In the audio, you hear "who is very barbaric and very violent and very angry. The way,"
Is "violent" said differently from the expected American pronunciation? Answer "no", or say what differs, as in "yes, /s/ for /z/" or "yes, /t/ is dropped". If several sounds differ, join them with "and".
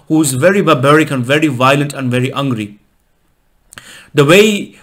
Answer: no